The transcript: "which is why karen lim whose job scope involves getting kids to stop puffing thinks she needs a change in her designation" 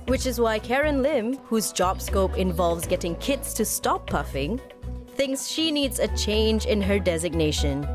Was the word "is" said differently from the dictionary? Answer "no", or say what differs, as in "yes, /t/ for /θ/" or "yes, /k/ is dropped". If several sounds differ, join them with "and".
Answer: no